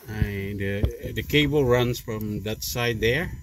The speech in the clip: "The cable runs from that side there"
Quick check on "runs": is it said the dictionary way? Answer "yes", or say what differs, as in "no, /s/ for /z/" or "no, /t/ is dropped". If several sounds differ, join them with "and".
yes